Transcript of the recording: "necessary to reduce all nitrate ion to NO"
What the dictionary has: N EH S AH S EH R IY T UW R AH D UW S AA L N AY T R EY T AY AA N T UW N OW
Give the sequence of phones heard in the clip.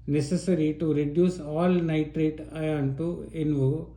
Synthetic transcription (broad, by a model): N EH S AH S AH R IY T UW R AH D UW S AA L N AY T R EY T AY AA N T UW N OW